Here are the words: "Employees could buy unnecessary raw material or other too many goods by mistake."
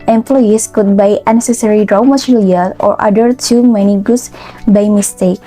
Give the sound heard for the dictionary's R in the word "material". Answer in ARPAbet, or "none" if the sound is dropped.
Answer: L